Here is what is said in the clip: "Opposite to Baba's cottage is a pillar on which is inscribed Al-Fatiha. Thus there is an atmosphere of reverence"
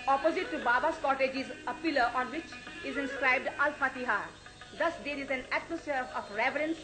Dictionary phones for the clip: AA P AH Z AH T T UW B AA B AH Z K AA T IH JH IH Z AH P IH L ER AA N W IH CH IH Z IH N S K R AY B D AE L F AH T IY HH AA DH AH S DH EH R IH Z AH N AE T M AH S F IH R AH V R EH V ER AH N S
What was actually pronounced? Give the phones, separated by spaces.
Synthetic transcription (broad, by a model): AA P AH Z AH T T UW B AA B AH S K AA T IH JH IH Z AH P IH L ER AA N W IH CH IH Z IH N S K R AY B D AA L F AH T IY HH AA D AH S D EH R IH Z AH N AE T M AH S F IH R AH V R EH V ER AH N S